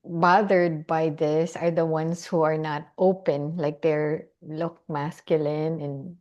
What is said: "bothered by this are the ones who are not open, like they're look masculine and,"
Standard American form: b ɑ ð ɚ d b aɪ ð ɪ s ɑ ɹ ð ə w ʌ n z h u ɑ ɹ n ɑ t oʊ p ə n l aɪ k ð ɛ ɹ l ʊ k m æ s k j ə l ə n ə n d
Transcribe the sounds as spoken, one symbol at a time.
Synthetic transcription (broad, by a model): b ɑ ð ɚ d b aɪ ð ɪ s ɑ ɹ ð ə w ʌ n s h u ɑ ɹ n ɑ t oʊ p ə n l aɪ k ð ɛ ɹ l ʊ k m æ s k j ə l ə n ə n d